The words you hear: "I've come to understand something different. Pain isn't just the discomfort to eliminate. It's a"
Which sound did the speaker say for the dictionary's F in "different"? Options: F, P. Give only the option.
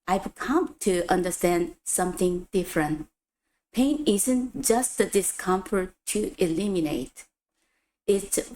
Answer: F